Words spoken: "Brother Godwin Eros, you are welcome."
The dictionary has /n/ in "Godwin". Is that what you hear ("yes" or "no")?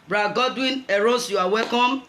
yes